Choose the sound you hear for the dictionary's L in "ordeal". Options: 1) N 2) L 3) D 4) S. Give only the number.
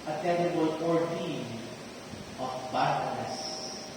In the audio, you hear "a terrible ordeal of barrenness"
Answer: 1